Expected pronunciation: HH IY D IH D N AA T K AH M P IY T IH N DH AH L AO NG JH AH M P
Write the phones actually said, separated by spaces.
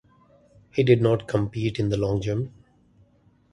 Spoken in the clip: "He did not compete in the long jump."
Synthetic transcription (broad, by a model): HH IY D IH D N AA T K AH M P IY T IH N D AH L AO NG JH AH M